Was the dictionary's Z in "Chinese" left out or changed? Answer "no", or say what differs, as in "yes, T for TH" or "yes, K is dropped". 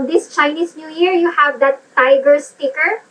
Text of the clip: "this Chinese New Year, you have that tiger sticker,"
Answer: yes, S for Z